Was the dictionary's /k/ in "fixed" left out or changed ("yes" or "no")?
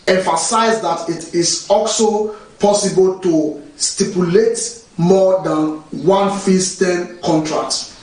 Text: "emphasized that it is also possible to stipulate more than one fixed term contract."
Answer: yes